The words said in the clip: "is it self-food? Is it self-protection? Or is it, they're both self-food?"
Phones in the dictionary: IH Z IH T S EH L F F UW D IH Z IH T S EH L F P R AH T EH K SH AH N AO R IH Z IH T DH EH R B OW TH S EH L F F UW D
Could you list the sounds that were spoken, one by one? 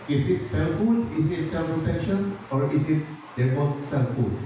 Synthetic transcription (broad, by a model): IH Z IH T S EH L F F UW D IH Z IH T S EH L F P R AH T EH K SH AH N AO R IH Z IH T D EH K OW S S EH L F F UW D